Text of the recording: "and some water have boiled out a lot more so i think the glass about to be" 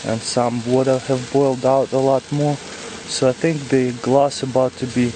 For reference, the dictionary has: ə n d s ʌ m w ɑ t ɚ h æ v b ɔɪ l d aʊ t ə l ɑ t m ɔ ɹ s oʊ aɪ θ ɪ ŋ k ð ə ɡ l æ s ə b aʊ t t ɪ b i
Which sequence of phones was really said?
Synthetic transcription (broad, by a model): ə n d s ʌ m w ɑ t ɚ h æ v b ɔɪ l d aʊ t ə l ɑ t m ɔ ɹ s oʊ aɪ θ ɪ ŋ k ð ə ɡ l æ s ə b aʊ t t ɪ b i